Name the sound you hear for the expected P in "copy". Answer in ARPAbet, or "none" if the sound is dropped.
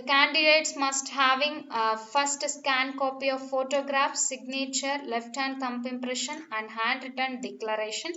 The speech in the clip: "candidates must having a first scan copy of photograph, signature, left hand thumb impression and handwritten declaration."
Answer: P